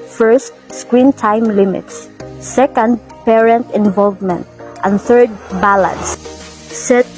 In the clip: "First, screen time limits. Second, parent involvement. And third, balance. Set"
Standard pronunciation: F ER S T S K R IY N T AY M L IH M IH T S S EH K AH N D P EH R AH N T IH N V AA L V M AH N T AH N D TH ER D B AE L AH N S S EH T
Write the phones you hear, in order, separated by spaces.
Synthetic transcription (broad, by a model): F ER S T S K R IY N T AY M L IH M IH T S S EH K AH N D P EH R AH N T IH N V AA L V M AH N T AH N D TH ER D B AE L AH N S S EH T